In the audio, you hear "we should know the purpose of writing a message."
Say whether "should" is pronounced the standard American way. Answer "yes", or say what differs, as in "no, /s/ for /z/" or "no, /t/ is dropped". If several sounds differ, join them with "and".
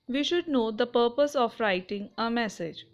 yes